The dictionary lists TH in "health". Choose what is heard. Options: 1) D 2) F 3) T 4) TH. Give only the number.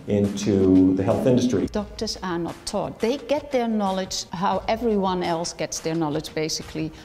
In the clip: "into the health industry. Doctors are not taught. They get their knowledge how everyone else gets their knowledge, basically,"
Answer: 4